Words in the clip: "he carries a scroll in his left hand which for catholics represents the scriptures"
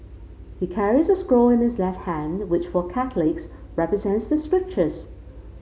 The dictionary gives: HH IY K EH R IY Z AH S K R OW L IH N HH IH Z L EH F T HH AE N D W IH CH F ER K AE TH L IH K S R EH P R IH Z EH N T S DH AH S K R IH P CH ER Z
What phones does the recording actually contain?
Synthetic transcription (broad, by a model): HH IY K EH R IY Z AH S K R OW L IH N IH Z L EH F T HH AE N W IH CH F ER K AE TH L IH K S R EH P R IH Z EH N T S DH AH S K R IH P CH ER Z